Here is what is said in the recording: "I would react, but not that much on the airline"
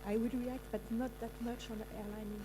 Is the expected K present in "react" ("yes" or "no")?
yes